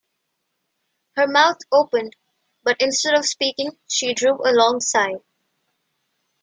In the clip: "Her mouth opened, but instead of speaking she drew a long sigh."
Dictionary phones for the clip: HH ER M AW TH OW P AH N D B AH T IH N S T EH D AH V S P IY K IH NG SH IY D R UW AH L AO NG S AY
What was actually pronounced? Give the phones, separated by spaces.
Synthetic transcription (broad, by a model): HH ER M AW T OW P AH N D B AH T IH N S T EH D AH V S P IY K IH NG SH IY D R UW AH L AO NG S AY